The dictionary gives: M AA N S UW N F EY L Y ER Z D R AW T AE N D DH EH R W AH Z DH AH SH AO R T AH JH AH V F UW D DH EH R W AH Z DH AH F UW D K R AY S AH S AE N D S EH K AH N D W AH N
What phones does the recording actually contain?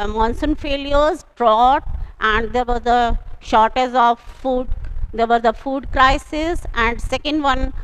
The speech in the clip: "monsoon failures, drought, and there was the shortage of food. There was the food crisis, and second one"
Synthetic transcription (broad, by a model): M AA N S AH N F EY L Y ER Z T R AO T AE N D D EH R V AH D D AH SH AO R T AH Z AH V F UW D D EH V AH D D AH F UW D K R AY S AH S AE N D S EH K AH N D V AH N